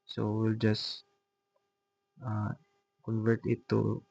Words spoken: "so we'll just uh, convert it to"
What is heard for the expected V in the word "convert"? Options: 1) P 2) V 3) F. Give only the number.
2